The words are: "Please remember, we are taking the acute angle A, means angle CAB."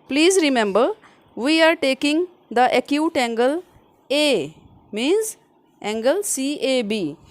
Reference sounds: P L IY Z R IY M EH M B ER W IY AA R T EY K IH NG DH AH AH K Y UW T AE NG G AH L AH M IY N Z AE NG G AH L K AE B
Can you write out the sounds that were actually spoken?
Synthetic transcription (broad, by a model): P L IY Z R IY M EH M B ER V IY AA R T EY K IH NG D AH AH K Y UW T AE NG G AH L AH M IY N Z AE NG G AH L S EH B